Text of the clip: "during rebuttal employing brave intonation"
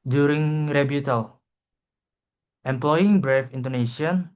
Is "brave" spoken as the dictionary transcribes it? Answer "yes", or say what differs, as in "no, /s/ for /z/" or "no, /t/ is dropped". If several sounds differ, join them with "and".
no, /f/ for /v/